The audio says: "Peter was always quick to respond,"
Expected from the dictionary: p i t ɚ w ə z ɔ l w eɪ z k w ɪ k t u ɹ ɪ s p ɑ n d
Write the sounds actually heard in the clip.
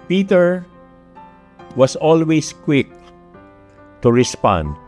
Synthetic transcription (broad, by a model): p i t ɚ w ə s ɔ l w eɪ s k w ɪ k t u ɹ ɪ s p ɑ n d